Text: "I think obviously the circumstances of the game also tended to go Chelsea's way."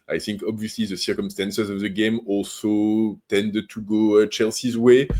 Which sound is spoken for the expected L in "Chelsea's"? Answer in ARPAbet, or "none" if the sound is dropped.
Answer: L